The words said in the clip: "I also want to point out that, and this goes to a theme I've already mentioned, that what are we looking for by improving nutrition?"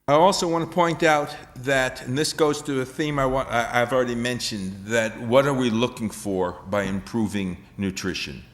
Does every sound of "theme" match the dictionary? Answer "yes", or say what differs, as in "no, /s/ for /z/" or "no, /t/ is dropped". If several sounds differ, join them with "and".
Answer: yes